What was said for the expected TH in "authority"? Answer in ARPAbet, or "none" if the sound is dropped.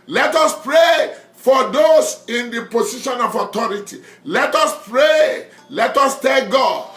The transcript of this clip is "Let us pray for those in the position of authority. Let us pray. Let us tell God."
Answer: T